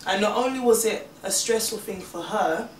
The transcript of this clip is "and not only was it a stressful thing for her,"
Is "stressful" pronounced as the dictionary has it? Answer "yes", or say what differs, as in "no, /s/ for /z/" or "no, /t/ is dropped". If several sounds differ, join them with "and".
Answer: yes